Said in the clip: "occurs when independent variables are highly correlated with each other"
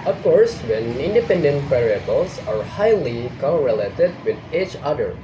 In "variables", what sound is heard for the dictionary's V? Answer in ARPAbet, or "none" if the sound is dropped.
P